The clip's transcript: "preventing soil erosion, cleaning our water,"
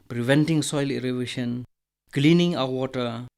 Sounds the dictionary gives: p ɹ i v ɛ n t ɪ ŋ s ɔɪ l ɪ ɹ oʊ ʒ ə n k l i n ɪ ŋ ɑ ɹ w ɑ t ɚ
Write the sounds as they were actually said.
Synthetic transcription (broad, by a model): p ɹ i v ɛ n t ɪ ŋ s ɔɪ l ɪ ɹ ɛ ʃ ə n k l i n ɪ ŋ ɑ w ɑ t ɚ